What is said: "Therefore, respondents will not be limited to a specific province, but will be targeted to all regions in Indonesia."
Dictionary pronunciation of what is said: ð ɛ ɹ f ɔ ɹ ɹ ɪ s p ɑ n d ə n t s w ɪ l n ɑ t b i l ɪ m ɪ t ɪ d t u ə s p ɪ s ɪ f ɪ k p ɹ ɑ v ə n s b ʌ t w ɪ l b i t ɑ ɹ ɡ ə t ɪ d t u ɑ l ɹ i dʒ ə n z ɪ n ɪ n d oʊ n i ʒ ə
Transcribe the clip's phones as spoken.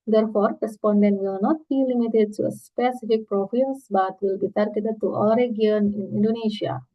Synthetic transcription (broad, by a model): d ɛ ɹ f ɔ ɹ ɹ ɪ s p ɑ n d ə n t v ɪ l n ɑ t b i l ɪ m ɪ t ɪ d t u ə s p ɪ s ɪ f ɪ k p ɹ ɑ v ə s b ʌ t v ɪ l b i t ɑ ɹ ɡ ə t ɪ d t u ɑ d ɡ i ə n ɪ n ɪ n d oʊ n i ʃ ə